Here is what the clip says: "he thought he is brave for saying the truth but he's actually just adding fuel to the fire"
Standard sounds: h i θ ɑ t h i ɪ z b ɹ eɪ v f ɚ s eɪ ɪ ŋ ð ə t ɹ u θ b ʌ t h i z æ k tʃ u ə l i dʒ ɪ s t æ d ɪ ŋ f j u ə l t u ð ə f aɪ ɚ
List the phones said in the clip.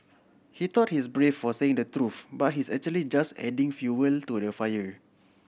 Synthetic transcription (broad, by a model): h i t ɑ t h i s b ɹ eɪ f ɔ s eɪ ɪ ŋ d ə t ɹ u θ b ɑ t h i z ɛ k tʃ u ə l i dʒ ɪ s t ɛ d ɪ ŋ f j u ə l t u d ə f aɪ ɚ